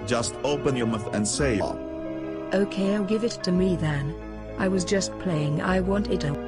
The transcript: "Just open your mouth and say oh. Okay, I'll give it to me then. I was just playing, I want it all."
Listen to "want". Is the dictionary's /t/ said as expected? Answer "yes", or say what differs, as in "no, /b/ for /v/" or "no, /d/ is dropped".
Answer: yes